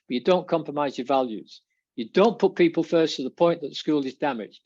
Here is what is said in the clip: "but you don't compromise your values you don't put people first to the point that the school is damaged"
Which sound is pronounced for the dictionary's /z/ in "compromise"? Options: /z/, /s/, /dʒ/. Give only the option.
/z/